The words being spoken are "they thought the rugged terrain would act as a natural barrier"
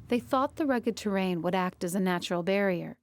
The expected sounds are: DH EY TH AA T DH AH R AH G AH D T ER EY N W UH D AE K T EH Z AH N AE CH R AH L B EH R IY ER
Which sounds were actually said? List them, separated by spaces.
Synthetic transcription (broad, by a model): DH EY TH AA T DH AH R AH G AH D T ER EY N W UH D AE K T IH Z AH N AE CH R L B EH R IY ER